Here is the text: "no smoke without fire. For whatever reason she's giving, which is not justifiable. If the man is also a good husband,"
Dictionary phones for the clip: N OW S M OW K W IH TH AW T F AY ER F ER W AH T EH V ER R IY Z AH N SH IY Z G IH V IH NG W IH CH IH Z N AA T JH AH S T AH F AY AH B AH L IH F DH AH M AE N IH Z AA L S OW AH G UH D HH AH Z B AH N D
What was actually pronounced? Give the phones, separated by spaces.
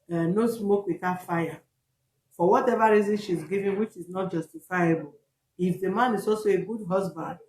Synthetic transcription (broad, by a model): N OW S M OW K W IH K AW F AY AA F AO W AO T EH V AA R IY Z AH N SH IY Z G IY V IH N W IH CH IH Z N AA T JH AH S T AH F AY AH B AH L IH F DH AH M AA N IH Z AA L S OW AH G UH D HH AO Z B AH N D